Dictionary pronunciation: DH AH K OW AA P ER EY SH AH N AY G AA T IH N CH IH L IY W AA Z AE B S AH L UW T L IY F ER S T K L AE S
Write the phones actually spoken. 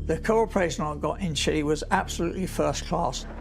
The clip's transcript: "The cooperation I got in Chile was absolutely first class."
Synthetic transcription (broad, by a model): DH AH K OW AA P ER EY SH AH N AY G AA T IH N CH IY W AA Z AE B S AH L UW T L IY F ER S K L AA S